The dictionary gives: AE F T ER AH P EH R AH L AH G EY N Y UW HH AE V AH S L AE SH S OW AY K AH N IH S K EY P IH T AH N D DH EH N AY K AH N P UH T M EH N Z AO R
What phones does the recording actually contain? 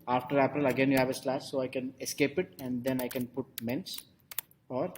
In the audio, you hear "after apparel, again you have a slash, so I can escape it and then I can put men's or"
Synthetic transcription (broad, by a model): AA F T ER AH P R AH L AH G EY N Y UW HH AE V AH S L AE S S OW AY K AH N IH S K EY P IH T AH N D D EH N AY K AH N P UH T M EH N S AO R